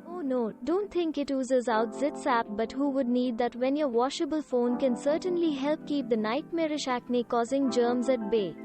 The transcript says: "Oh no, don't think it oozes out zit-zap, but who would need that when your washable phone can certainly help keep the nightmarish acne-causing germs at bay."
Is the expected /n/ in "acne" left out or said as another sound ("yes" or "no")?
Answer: no